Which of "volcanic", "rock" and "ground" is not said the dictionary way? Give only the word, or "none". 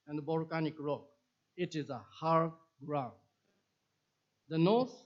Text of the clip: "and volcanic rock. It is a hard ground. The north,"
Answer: volcanic